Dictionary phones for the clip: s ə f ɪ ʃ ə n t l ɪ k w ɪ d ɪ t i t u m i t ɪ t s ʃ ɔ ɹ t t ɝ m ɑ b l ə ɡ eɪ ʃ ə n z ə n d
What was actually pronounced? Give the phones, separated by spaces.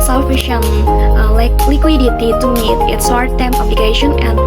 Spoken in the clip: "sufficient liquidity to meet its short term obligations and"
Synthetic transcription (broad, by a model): s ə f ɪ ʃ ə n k l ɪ k w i d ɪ t i t u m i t ɪ t s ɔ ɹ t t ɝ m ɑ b l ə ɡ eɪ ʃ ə n ə n